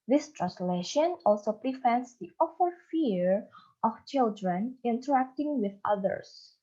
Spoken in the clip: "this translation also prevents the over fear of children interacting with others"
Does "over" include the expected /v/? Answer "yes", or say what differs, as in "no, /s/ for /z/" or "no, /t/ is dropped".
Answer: no, /f/ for /v/